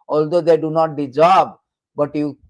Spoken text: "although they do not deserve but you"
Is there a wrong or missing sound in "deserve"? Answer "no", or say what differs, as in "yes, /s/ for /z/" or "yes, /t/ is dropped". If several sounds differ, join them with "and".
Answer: yes, /b/ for /v/